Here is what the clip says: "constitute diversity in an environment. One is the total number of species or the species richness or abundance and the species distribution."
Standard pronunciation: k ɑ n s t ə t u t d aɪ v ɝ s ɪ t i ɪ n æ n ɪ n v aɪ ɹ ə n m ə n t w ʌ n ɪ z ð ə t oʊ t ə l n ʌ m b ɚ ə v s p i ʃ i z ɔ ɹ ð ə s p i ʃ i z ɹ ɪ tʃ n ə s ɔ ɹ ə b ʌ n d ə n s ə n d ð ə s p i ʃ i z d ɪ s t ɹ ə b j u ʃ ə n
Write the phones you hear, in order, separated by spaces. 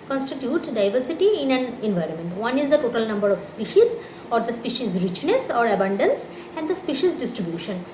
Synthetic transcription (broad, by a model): k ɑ n s t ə t u t d aɪ v ɝ s ɪ t i ɪ n æ n ɪ n v aɪ ɹ ə n m ə n t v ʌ n ɪ z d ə t oʊ t ə l n ʌ m b ɚ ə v s p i ʃ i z ɔ ɹ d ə s p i ʃ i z ɹ ɪ tʃ n ə s ɔ ɹ ə b ʌ n d ə n s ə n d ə s p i ʃ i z d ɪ s t ɹ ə b j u ʃ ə n